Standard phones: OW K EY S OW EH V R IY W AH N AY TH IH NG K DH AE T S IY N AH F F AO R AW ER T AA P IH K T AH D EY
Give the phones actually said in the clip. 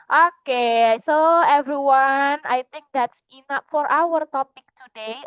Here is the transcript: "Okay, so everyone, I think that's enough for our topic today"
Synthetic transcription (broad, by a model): OW K EY S OW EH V R IY W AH N AY T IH NG K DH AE T S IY N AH P F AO R AW ER T AA P IH K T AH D EY